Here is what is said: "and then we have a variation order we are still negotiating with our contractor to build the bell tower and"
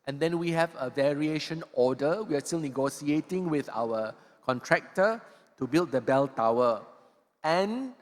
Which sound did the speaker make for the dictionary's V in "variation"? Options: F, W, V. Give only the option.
V